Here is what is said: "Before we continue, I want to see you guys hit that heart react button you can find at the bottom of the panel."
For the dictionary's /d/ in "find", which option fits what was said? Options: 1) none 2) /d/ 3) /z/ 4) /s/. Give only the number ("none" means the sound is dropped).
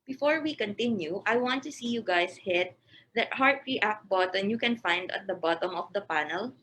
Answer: 2